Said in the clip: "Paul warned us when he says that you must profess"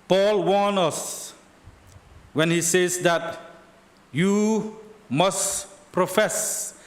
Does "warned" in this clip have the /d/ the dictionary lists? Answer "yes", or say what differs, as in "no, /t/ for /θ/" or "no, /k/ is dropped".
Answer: no, /d/ is dropped